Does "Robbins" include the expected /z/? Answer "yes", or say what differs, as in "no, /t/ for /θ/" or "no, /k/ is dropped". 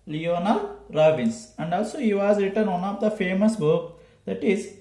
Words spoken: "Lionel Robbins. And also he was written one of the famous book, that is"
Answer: no, /s/ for /z/